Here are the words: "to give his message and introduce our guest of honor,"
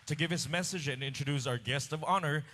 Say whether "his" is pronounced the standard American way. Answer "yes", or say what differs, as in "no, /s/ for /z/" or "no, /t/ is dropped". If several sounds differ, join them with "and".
no, /s/ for /z/